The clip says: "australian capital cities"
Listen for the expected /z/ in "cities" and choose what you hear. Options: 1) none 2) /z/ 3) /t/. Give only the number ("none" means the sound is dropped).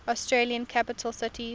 1